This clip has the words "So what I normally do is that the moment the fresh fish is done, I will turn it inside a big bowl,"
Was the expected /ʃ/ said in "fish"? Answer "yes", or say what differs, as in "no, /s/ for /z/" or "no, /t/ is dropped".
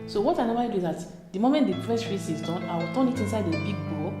no, /s/ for /ʃ/